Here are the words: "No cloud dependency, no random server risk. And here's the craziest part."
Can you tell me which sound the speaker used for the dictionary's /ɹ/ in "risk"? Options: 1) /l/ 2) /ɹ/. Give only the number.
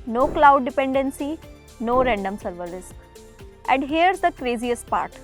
1